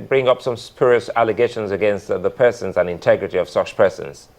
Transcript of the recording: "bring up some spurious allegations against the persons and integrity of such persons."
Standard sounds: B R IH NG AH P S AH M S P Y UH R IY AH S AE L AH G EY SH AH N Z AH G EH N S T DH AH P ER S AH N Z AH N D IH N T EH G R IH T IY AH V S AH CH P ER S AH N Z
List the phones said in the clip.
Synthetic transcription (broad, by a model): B R IH NG AH P S AH M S P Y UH R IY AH S AE L AH G EY SH AH N Z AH G EH N S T DH AH P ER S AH N Z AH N IH N T EH G R IH T IY AH V S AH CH P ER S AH N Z